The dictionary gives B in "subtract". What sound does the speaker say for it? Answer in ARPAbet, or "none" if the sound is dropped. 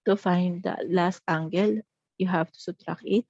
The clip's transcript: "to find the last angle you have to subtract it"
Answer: none